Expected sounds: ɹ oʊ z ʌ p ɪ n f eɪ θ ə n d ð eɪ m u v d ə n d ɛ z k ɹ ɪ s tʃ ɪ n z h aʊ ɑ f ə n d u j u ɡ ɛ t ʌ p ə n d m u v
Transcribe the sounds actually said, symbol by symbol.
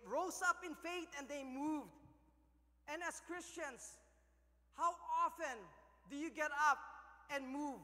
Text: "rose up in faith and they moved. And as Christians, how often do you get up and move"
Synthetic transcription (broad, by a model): ɹ oʊ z ʌ p ɪ n f eɪ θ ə n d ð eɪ m u v d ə n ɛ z k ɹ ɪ s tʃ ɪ n s h aʊ ɑ f ə n d u j u ɡ ɛ t ʌ p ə n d m u v